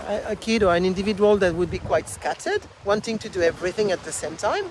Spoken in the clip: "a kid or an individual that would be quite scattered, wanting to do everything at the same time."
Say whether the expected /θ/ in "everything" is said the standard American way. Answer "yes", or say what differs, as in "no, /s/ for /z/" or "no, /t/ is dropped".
yes